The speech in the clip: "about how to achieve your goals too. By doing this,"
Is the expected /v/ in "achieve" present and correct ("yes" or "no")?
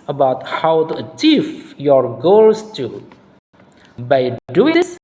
no